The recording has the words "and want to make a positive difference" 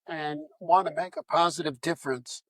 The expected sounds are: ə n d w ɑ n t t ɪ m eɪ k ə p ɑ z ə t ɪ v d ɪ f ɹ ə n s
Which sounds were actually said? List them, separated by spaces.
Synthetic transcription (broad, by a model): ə n w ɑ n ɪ m eɪ k ə p ɑ z ə t ɪ v d ɪ f ɹ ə n s